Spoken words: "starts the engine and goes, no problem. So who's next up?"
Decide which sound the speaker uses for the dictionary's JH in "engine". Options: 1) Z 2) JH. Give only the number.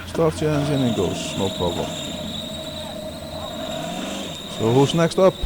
1